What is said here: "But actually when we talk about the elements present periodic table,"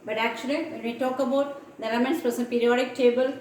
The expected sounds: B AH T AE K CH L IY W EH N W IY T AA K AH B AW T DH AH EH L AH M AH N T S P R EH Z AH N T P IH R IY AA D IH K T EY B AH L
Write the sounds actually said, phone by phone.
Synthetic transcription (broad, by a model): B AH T AE K CH L IY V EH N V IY T AA K AH B AW T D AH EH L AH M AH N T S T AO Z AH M P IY R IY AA D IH K T EY B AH L